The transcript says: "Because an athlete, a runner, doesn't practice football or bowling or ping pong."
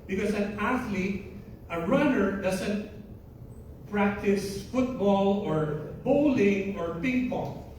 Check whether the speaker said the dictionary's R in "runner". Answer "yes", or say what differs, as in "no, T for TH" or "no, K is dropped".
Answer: yes